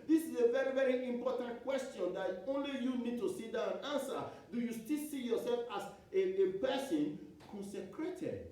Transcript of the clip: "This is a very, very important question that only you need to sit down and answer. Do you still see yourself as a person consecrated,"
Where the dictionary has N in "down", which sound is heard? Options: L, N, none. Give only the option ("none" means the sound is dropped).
none